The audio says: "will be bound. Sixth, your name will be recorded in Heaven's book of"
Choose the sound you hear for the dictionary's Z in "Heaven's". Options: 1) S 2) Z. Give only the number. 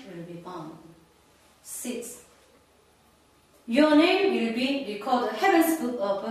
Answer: 1